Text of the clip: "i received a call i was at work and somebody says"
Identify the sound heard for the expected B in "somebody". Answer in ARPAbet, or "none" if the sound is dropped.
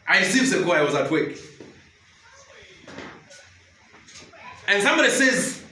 B